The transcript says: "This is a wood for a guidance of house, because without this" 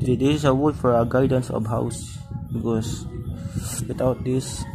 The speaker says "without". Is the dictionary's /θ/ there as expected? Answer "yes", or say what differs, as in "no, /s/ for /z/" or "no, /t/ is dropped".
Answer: no, /t/ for /θ/